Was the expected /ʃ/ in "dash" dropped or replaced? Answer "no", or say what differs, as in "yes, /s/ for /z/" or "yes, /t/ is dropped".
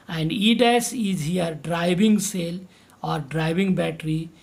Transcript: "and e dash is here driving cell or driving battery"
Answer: yes, /s/ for /ʃ/